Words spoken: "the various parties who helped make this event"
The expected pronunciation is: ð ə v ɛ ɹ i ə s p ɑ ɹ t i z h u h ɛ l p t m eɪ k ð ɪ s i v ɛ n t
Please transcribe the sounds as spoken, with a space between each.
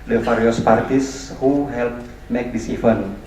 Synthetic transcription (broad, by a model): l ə f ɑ ɹ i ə s p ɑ ɹ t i s h u h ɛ l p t m eɪ k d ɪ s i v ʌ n